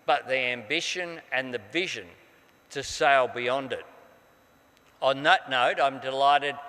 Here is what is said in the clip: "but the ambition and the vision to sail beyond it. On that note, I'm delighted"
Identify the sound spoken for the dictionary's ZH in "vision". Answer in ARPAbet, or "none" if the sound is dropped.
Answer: ZH